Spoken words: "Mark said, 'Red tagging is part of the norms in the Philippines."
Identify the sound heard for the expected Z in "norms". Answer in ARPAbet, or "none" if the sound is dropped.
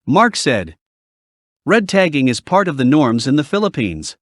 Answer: Z